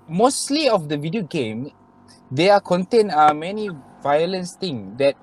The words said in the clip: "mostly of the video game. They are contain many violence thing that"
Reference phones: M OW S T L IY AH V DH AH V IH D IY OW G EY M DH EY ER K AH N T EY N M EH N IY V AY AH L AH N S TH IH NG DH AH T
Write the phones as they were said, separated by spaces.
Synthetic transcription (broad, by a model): M OW S T L IY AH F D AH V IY D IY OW G EY M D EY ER K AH N T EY N M EH N IY V AY AH L AH N S T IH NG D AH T